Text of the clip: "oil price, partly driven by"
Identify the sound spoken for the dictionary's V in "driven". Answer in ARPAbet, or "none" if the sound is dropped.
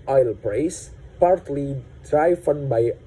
F